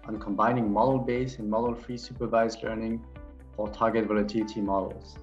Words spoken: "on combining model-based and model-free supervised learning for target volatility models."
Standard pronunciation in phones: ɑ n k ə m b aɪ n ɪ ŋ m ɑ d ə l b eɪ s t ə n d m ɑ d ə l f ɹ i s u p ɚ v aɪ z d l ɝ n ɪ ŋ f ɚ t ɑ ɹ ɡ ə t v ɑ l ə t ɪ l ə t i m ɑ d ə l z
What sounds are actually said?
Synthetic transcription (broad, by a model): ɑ n k ə m b aɪ n ɪ ŋ m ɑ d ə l b eɪ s ə n m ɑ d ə l f ɹ i s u p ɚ v aɪ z l ɝ n ɪ ŋ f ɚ t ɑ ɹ ɡ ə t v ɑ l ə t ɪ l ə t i m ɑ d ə l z